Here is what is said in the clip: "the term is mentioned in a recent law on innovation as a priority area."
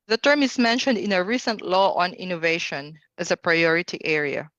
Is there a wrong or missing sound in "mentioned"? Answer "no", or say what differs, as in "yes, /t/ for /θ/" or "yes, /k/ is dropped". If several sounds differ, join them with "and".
no